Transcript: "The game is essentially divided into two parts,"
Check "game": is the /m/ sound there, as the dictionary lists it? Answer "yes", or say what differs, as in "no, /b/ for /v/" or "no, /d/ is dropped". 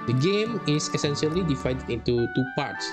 yes